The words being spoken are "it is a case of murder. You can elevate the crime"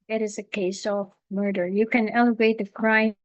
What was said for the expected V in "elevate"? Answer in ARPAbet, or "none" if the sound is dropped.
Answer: V